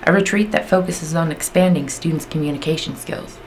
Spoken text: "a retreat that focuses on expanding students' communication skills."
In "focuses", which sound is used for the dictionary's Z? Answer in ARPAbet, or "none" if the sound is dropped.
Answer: Z